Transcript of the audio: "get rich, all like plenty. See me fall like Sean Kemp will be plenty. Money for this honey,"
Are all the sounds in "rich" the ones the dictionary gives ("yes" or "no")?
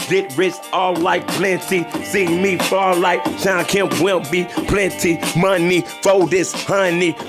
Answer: no